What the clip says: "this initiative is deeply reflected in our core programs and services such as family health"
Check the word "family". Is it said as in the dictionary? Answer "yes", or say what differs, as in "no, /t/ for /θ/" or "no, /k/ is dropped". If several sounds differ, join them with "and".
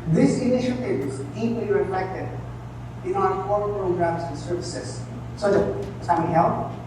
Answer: no, /l/ is dropped